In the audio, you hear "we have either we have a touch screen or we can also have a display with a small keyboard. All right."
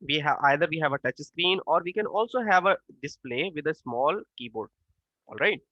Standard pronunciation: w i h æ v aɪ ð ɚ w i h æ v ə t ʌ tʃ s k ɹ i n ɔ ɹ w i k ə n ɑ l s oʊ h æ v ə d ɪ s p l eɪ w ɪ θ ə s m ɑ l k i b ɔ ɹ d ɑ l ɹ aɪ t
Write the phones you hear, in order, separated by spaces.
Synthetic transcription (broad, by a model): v i h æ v aɪ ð ɚ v i h æ v ə t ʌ tʃ s k ɹ i n ɔ ɹ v i k ə n ɑ l s oʊ h æ v ə d ɪ s p l eɪ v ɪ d ə s m ɑ l k i b ɔ ɹ d ɑ l ɹ aɪ t